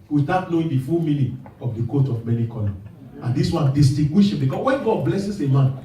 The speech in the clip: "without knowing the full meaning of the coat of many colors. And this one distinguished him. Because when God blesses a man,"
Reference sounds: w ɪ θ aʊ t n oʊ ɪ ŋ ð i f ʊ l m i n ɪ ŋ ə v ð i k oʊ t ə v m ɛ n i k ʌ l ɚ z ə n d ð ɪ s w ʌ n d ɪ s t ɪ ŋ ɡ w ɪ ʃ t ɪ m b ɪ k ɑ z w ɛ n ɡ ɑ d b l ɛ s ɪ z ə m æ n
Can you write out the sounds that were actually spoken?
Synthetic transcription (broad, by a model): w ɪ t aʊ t n oʊ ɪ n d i f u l m i n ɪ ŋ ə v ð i k oʊ t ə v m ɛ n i k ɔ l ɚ ə n d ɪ s w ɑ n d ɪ s t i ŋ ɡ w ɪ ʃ ɪ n b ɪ k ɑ s w ɛ n ɡ ɑ d b l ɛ s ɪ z ə m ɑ n